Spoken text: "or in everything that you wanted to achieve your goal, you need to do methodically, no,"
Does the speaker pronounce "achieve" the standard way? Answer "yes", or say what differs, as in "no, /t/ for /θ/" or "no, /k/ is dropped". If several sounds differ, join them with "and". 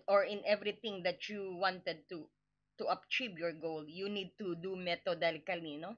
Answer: no, /b/ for /v/